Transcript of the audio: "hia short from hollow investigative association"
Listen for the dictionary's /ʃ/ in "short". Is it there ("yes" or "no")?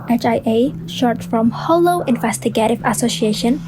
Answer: yes